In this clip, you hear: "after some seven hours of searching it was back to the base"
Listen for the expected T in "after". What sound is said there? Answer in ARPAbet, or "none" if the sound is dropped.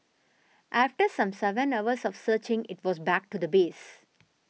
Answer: T